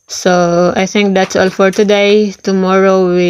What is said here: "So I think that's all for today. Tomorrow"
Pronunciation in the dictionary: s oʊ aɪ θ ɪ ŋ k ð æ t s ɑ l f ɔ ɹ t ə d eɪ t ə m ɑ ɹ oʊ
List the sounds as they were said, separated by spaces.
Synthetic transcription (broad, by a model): s oʊ aɪ t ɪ ŋ k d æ t s ɑ l f ɔ ɹ t ə d eɪ t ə m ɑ ɹ oʊ